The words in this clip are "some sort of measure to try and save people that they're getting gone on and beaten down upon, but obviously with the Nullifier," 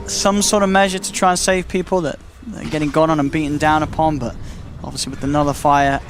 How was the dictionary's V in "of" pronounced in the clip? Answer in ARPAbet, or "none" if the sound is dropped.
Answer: V